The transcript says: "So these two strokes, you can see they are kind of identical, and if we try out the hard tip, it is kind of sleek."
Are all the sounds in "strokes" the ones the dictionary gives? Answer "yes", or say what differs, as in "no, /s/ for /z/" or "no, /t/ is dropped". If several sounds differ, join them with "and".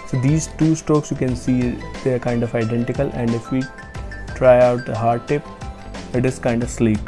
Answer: yes